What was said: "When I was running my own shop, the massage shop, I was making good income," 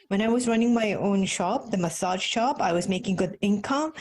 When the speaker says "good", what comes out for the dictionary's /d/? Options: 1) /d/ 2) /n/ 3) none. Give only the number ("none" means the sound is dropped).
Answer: 1